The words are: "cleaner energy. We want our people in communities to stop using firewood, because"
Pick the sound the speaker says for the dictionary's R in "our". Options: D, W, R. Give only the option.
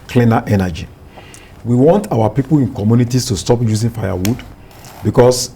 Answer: W